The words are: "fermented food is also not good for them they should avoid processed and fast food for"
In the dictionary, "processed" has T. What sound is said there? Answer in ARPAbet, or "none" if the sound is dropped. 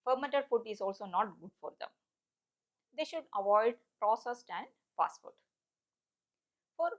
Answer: T